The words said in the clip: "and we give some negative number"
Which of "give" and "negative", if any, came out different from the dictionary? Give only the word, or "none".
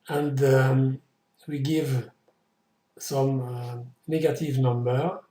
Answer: none